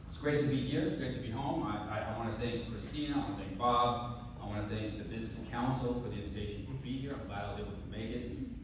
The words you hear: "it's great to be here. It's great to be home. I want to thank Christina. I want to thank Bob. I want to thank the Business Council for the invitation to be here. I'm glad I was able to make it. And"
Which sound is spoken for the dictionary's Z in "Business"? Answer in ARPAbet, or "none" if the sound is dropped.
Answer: Z